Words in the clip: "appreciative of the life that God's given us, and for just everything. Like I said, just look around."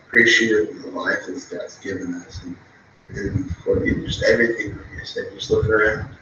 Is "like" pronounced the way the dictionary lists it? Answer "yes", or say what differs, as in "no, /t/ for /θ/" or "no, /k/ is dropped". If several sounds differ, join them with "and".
no, /k/ is dropped